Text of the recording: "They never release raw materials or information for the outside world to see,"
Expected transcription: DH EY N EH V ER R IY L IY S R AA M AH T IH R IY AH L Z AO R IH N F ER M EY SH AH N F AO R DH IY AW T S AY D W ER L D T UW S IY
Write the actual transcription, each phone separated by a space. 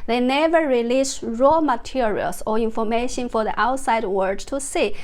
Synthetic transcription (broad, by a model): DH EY N EH V ER R IY L IY S R AA M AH T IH R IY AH L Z AO R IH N F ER M EY SH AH N F AO R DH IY AW T S AY D W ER D T UW S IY